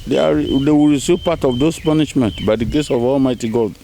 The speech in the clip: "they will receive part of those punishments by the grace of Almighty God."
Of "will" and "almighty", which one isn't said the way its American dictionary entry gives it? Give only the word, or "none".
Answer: will